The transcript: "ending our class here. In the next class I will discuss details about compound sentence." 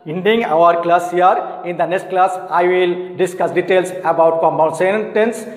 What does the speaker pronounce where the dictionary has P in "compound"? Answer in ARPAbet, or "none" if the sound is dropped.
none